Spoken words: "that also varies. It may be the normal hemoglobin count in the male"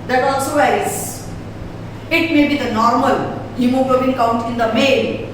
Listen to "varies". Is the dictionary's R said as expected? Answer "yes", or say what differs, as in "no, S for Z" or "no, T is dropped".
no, R is dropped